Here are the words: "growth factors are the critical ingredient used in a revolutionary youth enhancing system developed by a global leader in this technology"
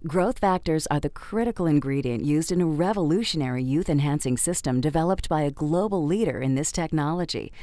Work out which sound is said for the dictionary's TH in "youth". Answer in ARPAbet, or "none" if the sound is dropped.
TH